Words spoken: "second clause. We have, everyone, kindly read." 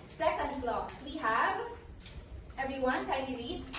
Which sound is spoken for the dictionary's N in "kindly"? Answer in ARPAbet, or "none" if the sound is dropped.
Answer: none